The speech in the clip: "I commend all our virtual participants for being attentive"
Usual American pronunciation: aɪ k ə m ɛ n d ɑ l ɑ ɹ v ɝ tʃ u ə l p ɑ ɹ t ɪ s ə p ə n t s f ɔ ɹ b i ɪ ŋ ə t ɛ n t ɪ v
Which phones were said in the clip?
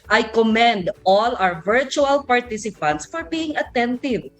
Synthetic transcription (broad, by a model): aɪ k ə m ɛ n d ɑ l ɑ w v ɝ tʃ u ə l p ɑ ɹ t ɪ s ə p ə n t s f ɔ ɹ b i ɪ ŋ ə t ɛ n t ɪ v